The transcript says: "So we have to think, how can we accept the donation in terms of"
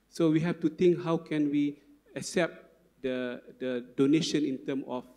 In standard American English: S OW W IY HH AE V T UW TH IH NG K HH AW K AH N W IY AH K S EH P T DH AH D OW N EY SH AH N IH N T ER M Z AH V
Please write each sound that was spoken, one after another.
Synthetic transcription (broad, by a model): S OW W IY HH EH F T UW T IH NG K HH AW K AH N W IY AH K S EH P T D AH D OW N EY SH AH N IH N T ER M AH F